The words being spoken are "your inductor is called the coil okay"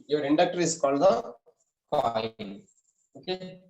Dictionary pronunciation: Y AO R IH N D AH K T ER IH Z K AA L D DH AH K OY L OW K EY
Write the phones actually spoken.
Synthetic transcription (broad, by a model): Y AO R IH N D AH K T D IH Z K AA L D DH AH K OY N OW K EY